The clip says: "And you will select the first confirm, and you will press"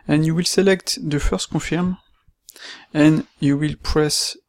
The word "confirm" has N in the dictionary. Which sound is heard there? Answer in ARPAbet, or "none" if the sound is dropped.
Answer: none